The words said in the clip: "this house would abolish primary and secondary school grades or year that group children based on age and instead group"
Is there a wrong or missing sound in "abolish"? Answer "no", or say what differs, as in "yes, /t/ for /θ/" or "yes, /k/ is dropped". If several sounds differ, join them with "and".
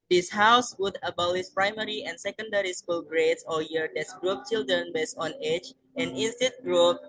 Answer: yes, /s/ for /ʃ/